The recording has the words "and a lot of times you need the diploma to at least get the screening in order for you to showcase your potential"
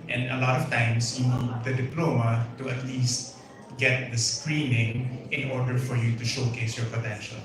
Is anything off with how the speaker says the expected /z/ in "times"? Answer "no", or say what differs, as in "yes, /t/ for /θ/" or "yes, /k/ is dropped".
yes, /s/ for /z/